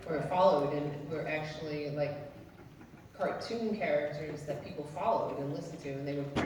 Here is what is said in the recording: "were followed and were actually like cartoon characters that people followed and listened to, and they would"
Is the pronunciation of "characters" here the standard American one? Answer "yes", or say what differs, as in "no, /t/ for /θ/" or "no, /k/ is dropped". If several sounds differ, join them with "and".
yes